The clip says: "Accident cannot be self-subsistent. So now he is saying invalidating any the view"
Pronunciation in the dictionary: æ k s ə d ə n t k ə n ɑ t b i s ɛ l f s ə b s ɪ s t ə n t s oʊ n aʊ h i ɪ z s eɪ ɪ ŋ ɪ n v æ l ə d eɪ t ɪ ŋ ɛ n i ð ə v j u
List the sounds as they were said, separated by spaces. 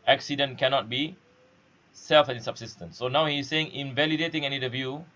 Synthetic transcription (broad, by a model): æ k s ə d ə n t k ə n ɑ t b i s ɛ l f s ə b s ɪ s t ə n t s oʊ n aʊ h i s s eɪ ɪ ŋ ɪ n v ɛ l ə d eɪ t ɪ ŋ ɛ n i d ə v j u